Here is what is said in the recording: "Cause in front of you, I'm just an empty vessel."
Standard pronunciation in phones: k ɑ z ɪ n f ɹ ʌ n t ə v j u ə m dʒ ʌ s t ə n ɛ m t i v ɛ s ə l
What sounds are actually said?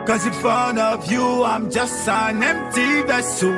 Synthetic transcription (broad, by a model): k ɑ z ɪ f ʌ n ə v j u ə m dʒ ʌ s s ə n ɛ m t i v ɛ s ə